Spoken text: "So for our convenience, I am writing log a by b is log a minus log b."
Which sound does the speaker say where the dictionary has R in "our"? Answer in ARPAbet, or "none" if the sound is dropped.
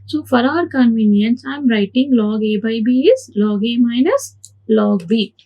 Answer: R